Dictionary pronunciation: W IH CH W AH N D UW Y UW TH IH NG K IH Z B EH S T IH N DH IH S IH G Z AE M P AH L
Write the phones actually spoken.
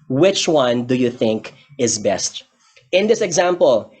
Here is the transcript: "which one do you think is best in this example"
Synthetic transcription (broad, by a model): W IH CH W AH N D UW Y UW TH IH NG K IH Z B EH S T IH N DH IH S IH G Z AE M P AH L